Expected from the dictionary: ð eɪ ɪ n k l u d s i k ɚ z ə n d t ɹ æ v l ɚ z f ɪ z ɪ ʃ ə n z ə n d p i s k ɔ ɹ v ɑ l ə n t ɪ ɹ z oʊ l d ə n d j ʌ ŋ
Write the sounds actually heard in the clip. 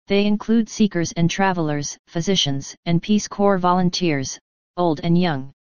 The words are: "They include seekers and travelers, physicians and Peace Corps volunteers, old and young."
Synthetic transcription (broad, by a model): ð eɪ ɪ n k l u d s i k ɚ z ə n t ɹ æ v l ɚ z f ɪ z ɪ ʃ ə n z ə n p i s k ɔ ɹ v ɑ l ə n t ɪ ɹ z oʊ l d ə n j ʌ ŋ